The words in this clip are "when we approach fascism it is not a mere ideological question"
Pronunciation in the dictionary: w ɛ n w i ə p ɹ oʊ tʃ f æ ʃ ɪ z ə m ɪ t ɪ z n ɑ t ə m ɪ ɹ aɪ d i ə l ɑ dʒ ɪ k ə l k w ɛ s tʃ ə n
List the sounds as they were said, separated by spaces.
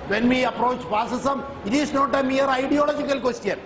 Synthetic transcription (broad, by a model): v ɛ n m i ə p ɹ oʊ tʃ p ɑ s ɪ s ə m ɪ t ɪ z n ɑ t ə m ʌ ɹ aɪ d i ə l ɑ dʒ ɪ k ə l k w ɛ s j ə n